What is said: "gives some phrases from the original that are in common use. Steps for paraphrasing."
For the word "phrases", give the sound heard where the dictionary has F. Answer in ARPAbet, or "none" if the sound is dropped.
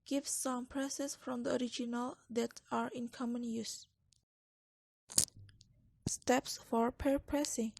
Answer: P